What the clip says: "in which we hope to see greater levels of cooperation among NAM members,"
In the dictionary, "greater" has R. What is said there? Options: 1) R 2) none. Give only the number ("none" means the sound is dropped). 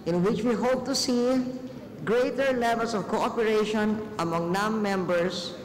1